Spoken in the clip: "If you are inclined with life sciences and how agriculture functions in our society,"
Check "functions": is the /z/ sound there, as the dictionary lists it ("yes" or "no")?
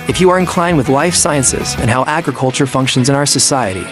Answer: yes